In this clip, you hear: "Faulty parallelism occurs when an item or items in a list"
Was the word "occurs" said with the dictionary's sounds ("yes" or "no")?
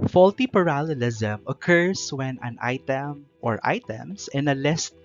no